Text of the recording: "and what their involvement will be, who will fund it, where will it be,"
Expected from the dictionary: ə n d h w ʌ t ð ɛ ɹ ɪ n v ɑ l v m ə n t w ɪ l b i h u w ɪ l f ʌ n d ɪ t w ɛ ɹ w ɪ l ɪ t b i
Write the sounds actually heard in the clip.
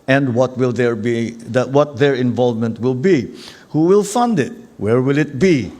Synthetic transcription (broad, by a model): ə n d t w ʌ t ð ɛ ɹ ɪ n v ɑ l v m ə n t w ɪ l b i h u w ɪ l f ʌ n d ɪ t w ɛ ɹ w ɪ l ɪ t b i